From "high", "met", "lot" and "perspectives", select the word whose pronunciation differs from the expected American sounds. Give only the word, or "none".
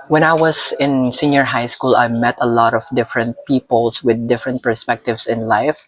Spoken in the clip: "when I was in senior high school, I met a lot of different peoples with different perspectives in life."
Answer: perspectives